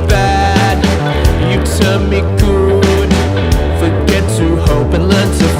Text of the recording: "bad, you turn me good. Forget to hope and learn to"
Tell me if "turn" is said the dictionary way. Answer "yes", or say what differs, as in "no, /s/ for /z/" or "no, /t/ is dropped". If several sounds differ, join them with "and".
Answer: no, /l/ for /n/